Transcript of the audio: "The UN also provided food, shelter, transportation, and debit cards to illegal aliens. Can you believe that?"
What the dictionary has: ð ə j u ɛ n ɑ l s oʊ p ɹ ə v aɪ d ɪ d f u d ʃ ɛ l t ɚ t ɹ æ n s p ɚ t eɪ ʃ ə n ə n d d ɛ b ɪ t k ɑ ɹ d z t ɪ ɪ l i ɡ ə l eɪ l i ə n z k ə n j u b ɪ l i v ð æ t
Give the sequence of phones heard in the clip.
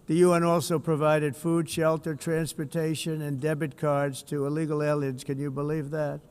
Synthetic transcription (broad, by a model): ð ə j u ɛ n ɑ l s oʊ p ɹ ə v aɪ d ɪ d f u d ʃ ɛ l t ɚ t ɹ æ n s p ɚ t eɪ ʃ ə n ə n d d ɛ b ɪ t k ɑ ɹ d z t ɪ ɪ l i ɡ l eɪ l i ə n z k ə n j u b ɪ l i v ð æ t